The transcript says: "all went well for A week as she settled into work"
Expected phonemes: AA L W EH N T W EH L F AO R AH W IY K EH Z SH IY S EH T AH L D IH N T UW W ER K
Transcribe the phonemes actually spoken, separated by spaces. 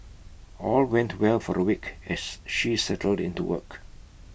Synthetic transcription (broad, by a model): AA L W EH N T W EH L F AO R AH W IY K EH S SH IY S EH T AH L D IH N T UW W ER K